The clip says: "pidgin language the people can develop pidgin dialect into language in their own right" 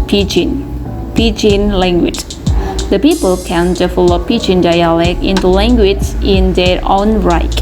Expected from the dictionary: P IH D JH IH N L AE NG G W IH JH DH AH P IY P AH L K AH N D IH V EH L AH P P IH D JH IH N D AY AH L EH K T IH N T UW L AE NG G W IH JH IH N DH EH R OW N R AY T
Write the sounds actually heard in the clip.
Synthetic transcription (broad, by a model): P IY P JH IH N L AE NG G W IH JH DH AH P IY P AH L K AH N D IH F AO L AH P P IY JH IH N D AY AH L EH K IH N T UW L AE NG G W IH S IH N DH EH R OW N R AY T